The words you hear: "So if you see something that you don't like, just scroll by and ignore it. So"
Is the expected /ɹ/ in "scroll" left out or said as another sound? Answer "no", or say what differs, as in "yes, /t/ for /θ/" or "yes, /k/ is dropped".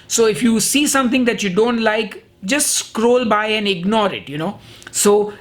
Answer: no